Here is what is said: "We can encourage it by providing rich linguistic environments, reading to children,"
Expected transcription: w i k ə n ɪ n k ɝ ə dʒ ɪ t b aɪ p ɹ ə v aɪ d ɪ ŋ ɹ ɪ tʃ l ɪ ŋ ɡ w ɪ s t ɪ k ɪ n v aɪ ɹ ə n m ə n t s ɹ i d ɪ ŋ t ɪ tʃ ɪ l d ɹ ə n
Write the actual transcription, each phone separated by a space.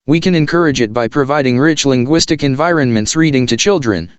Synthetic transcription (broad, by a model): w i k ə n ɪ n k ɝ ə dʒ ɪ t b aɪ p ɹ ə v aɪ d ɪ ŋ ɹ ɪ tʃ l ɪ ŋ ɡ w ɪ s t ɪ k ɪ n v aɪ ɹ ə n m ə n t s ɹ i d ɪ ŋ t ɪ tʃ ɪ l d ɹ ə n